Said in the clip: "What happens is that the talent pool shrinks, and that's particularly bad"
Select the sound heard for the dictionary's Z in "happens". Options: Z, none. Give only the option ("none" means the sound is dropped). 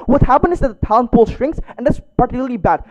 none